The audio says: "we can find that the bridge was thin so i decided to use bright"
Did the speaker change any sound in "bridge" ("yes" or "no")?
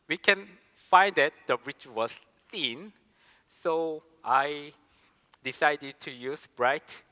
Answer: yes